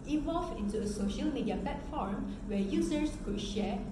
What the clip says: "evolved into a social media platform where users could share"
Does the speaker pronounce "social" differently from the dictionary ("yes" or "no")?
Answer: no